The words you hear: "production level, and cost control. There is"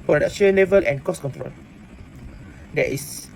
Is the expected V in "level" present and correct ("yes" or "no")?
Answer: yes